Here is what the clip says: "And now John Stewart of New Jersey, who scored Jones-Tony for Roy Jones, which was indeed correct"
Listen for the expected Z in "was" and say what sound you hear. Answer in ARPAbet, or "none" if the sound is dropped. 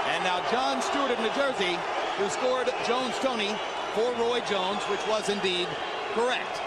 Z